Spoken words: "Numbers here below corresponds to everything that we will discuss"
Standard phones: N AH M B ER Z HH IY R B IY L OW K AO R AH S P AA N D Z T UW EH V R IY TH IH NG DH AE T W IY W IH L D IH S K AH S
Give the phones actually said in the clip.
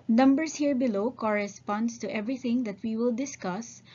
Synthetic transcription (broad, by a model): N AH M B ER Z HH IY R B IY L OW K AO R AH S P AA N D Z T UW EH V R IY T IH NG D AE T W IY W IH L D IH S K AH S